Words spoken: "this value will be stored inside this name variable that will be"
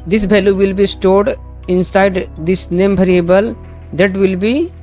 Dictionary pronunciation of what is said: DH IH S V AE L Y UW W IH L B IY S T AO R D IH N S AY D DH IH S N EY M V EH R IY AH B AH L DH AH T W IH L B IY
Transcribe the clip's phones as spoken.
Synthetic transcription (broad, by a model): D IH S B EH L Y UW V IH L B IY S T AO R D IH N S AY D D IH S N EY M B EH R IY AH B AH L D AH T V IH L B IY